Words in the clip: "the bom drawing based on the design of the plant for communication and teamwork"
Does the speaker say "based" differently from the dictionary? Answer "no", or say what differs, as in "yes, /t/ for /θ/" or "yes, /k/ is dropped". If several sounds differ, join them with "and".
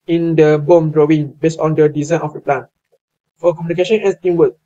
yes, /t/ is dropped